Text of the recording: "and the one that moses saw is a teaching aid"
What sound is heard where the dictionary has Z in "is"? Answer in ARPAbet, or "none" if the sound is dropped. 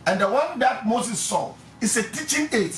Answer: S